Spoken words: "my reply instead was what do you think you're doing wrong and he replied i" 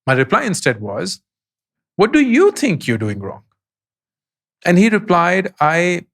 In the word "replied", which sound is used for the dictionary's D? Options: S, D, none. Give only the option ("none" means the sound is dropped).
D